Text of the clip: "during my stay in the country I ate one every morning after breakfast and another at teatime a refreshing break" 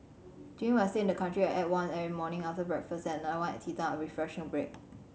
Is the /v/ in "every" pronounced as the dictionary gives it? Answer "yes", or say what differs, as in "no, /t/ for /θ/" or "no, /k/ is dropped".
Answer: no, /v/ is dropped